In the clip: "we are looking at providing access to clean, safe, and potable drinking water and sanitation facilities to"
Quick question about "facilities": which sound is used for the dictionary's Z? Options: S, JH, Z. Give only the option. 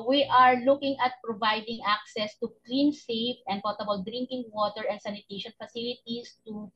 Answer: S